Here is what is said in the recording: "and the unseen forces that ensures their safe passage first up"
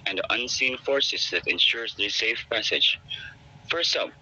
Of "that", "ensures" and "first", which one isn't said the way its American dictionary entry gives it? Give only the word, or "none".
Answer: none